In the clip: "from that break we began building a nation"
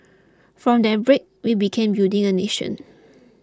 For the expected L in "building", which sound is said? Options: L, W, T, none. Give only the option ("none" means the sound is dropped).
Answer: none